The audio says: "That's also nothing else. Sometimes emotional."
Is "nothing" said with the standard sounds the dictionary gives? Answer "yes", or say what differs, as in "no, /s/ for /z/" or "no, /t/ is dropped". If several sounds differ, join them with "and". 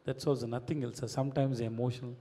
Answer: no, /t/ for /θ/